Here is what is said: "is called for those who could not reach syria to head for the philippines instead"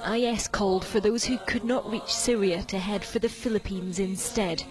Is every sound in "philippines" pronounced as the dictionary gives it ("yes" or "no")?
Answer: yes